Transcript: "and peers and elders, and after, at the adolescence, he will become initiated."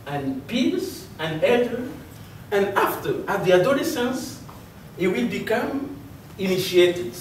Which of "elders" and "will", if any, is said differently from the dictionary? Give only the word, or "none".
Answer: elders